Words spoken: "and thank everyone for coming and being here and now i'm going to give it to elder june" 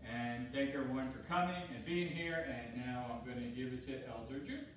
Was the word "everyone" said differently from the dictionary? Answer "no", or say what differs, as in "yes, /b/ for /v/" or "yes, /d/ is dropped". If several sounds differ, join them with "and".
yes, /v/ is dropped